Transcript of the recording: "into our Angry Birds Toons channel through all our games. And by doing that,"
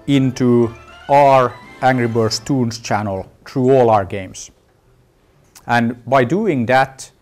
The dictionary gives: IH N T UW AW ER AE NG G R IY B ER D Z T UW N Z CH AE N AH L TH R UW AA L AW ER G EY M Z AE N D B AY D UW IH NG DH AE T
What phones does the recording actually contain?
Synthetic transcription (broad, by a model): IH N T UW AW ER AE NG G R IY B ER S T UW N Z CH AE N AH L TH R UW AA L AW ER G EY M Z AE N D B AY D UW IH NG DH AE T